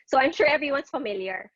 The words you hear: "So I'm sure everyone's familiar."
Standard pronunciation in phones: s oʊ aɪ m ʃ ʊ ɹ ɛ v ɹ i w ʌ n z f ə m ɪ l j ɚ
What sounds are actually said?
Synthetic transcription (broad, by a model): s oʊ aɪ m ʃ ʊ ɹ ɛ v ɹ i w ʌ n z f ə m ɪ l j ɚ